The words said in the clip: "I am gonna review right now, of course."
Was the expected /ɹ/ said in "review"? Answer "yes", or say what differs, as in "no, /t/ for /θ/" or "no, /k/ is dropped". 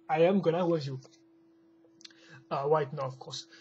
no, /w/ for /ɹ/